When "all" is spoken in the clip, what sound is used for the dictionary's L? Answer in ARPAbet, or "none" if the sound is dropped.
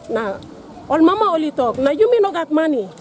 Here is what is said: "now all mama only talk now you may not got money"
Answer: L